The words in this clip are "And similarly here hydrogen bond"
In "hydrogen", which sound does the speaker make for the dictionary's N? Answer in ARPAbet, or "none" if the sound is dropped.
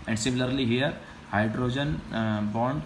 N